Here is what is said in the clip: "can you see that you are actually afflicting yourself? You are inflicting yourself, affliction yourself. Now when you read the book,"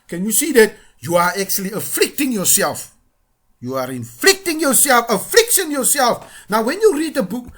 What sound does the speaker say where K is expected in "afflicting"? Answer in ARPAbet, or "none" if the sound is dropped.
K